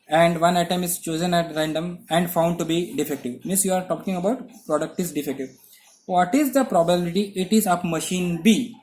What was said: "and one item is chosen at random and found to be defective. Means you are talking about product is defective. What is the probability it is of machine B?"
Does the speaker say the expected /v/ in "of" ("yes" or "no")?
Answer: no